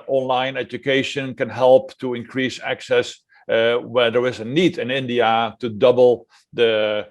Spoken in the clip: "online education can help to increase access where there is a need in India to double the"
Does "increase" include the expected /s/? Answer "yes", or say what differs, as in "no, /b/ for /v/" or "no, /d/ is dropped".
yes